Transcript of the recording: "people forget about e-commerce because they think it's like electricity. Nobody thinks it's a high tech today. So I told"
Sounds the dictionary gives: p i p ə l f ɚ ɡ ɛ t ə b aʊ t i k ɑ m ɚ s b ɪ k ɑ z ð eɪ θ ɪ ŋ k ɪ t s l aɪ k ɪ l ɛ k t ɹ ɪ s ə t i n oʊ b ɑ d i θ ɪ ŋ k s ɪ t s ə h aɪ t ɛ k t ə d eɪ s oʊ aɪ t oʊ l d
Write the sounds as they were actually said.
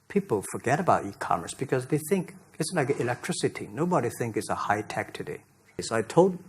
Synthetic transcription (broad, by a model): p i p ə l f ɚ ɡ ɛ t ə b aʊ t i k ɑ m ɚ s b ɪ k ɑ z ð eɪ θ ɪ ŋ k ɪ t s l aɪ k ɪ l ɛ k t ɹ ɪ s ə t i n oʊ b ɑ d i θ ɪ ŋ k ɪ t s ə h aɪ t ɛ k t ə d eɪ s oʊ aɪ t oʊ l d